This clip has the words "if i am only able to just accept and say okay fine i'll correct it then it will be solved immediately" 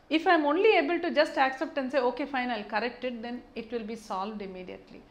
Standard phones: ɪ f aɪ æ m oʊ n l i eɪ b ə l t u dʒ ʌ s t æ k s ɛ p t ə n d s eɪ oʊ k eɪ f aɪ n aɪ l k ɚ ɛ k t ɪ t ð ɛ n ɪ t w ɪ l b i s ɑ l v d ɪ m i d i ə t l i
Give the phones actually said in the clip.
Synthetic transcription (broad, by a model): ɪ f aɪ m oʊ n l i eɪ b ə l t u dʒ ʌ s t æ k s ɛ p t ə n s eɪ oʊ k eɪ f aɪ n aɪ l k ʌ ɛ k t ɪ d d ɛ n ɪ t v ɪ l b i s ɑ l v d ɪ m i d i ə t l i